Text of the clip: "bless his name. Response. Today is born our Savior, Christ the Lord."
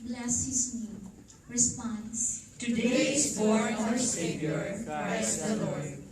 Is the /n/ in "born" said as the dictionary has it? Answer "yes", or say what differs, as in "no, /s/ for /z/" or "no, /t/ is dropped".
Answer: no, /n/ is dropped